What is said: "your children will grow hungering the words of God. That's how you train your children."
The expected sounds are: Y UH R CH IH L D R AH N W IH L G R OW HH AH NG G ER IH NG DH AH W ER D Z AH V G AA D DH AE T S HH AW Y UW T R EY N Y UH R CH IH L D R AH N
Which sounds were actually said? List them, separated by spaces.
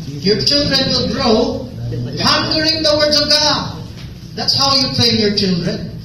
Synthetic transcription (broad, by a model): Y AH R CH IH L D R AH N W IH L G R OW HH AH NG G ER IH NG DH AH W ER D Z AH V G AA D DH AE T S HH AW Y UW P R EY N Y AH R CH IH L D R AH N